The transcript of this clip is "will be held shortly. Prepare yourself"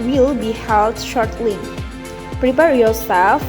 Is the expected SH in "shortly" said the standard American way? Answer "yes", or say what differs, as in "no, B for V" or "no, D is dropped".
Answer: yes